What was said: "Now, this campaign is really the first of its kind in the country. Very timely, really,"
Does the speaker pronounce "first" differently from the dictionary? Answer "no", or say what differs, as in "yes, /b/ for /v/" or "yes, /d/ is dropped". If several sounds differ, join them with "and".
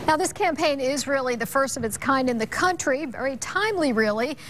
no